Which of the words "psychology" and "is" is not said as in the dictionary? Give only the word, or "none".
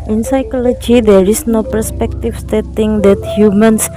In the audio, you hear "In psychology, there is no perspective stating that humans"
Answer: is